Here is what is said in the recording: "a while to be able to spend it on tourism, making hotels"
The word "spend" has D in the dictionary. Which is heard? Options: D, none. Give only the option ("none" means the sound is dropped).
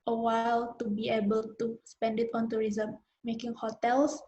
D